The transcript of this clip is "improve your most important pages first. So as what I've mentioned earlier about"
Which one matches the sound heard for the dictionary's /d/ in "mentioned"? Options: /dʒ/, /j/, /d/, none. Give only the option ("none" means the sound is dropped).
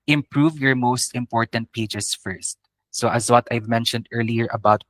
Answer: /d/